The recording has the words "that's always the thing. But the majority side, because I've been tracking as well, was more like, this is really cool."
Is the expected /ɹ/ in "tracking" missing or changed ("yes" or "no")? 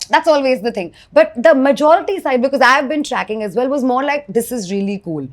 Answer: no